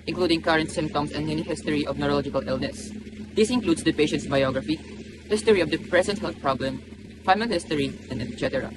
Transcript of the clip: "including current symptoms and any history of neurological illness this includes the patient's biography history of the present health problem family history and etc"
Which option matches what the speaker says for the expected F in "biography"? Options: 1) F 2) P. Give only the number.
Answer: 1